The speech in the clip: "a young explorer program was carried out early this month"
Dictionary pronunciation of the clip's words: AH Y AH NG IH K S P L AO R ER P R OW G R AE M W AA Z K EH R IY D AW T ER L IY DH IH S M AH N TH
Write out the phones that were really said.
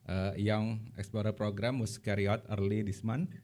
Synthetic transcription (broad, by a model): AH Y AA NG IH K S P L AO R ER P R OW G R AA M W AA S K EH R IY AO T ER L IY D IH S M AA N